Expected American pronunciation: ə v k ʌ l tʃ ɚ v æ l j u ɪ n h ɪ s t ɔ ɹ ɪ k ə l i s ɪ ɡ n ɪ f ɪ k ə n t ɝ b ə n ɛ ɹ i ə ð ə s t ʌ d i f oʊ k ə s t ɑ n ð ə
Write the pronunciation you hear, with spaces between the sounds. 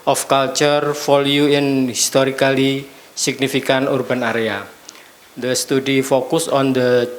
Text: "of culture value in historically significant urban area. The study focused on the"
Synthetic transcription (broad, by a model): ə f k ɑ l tʃ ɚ f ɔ l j u ɪ n h ɪ s t ɔ ɹ ɪ k ə l i s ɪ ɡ n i f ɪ k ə n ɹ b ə n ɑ ɹ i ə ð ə s t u d i f oʊ k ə s ɑ n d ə